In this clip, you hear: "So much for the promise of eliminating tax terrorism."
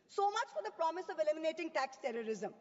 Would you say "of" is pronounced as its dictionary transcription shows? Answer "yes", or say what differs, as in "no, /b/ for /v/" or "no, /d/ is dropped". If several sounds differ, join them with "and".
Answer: yes